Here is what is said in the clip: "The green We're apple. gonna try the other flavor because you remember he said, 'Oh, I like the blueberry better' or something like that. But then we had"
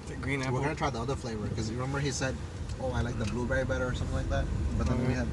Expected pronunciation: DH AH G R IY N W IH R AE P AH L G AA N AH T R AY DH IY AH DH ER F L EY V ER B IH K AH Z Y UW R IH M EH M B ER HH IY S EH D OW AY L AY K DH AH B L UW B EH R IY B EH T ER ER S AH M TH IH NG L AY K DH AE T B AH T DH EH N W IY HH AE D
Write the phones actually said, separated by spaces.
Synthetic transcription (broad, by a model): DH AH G R IY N W IH R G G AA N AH T R AY DH IY AH DH ER F L EY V ER K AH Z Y R IH M EH M B ER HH IY S EH D OW AY L AY K DH AH B L UW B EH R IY B EH T ER ER S AH M TH IH NG L AY K DH AE T B AH T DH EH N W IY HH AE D